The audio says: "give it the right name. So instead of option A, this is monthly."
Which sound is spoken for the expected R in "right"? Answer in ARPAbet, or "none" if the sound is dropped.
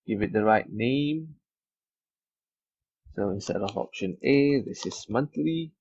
R